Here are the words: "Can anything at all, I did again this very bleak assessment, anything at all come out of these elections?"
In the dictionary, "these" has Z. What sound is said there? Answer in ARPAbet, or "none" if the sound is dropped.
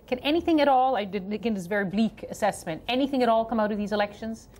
Z